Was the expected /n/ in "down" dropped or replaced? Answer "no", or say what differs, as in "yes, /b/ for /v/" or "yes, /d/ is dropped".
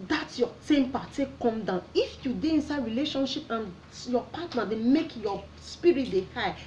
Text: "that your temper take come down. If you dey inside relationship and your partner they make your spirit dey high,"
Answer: no